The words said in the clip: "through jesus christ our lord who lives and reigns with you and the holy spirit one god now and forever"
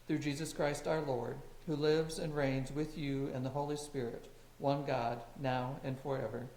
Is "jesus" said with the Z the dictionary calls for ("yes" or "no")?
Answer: yes